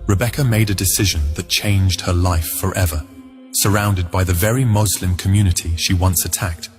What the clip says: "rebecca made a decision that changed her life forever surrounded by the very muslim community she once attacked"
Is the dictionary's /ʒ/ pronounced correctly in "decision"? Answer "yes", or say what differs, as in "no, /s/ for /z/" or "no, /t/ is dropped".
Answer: yes